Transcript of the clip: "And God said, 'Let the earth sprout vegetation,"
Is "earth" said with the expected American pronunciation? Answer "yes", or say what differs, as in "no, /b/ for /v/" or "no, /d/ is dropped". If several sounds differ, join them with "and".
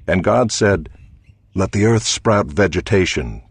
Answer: yes